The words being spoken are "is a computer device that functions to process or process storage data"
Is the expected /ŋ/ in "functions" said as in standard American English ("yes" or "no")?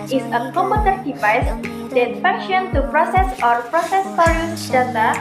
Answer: no